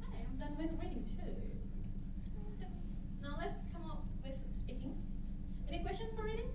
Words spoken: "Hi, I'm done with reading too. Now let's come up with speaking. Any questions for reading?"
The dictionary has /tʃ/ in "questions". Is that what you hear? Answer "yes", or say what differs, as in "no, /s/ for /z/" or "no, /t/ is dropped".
yes